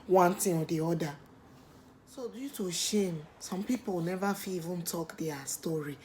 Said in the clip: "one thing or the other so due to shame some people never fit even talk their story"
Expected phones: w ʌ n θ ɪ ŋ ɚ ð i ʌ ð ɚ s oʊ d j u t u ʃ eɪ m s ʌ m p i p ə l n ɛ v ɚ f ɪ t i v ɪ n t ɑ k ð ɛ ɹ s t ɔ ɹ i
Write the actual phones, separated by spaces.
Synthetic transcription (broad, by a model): w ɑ n t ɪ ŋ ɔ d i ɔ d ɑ s oʊ d j u t u ʃ eɪ m s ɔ m p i p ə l n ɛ v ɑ f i i v ɪ n t ɑ k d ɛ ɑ s t ɔ ɹ i